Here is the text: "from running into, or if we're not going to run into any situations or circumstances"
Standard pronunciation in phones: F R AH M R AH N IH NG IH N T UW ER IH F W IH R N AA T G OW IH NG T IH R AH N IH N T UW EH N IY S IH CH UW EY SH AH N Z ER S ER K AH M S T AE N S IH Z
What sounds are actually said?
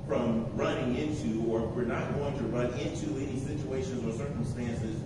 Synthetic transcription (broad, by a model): F R AH M R AH N IH NG IH N T UW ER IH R W IH R N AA T G OW IH NG T IH R AH N IH N T UW EH N IY S IH CH UW EY SH AH N Z ER S ER K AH M S T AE N S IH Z